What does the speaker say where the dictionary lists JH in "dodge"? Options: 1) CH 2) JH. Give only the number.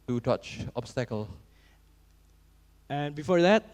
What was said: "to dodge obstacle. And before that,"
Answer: 1